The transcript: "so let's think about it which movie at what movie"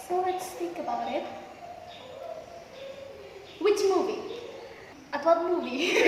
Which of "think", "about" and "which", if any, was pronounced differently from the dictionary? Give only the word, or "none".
think